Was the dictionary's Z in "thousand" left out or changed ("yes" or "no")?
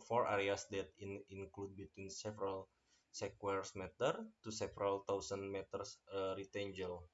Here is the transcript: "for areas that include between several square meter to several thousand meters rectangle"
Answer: yes